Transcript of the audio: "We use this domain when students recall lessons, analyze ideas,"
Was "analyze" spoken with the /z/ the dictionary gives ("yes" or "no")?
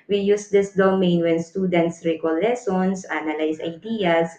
no